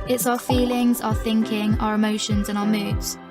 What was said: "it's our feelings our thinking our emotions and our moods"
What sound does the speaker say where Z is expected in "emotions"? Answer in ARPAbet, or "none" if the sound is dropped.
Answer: Z